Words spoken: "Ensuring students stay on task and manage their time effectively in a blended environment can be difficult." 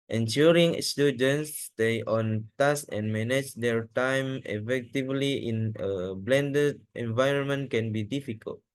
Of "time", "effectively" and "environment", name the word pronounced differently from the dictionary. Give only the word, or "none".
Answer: none